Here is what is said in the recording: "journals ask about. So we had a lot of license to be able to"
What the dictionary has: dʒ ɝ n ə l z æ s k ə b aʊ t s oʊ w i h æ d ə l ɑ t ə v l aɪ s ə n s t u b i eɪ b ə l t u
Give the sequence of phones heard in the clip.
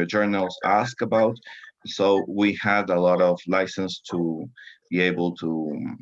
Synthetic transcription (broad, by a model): dʒ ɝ n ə l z æ s k ə b aʊ t s oʊ w i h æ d ə l ɑ t ə v l aɪ s ə n s t u b i eɪ b ə l t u